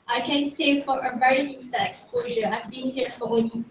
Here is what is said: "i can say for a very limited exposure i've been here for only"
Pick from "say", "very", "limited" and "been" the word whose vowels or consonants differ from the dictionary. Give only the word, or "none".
limited